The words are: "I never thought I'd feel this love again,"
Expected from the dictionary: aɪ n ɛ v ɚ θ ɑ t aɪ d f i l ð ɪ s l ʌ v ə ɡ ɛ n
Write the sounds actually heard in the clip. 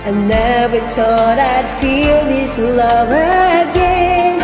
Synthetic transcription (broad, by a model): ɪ n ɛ b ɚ s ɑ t aɪ d f i l ð ɪ s l ʌ v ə ɡ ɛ n